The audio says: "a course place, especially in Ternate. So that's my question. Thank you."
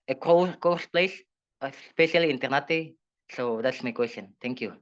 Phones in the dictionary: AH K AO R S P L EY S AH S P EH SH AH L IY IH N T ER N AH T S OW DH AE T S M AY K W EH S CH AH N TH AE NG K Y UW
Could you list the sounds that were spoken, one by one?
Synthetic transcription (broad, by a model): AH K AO W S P L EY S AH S P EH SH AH L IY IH N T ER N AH T S OW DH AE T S M AY K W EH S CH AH N T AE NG K Y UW